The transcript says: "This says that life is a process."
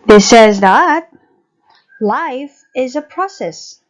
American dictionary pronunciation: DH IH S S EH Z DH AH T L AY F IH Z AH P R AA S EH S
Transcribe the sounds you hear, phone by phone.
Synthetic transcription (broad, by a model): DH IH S S EH Z DH AH T L AY F IH Z AH P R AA S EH S